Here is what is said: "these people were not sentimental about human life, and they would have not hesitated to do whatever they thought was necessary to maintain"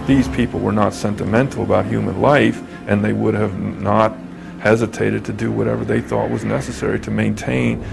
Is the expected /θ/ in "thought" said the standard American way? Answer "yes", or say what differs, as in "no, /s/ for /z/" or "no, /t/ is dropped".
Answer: yes